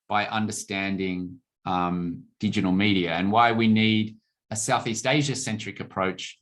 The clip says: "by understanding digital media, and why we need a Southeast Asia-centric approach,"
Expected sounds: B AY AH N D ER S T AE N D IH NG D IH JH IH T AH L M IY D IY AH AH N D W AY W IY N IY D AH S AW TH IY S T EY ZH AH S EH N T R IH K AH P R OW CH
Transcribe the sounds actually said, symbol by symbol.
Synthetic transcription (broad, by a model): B AY AH N D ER S T AE N D IH NG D IH JH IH T L M IY D IY AH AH N W AY W IY N IY D AH S AW TH IY S T EY ZH AH S EH N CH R IH K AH P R OW CH